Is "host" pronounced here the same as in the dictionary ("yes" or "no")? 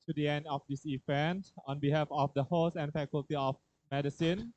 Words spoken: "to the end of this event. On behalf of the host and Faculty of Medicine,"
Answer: no